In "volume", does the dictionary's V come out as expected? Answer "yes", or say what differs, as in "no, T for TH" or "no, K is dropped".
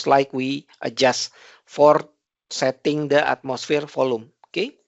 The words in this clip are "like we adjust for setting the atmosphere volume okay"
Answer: no, F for V